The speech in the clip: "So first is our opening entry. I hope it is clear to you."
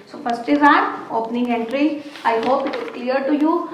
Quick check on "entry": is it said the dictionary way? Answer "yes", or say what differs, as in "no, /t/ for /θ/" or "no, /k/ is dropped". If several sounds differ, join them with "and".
yes